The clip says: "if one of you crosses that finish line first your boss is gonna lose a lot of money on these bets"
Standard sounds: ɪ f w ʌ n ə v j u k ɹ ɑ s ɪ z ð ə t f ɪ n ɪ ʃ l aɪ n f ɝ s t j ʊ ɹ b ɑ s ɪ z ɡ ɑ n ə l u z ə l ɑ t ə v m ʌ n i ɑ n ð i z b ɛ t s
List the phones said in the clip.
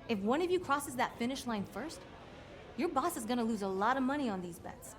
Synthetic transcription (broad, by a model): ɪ f w ʌ n ə v j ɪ k ɹ ɑ s ɪ z ð ə t f ɪ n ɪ ʃ l aɪ n f ɝ s t j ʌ ɹ b ɑ s ɪ z ɡ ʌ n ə l u z ə l ɑ t ə v m ʌ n i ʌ n ð i z b ɛ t s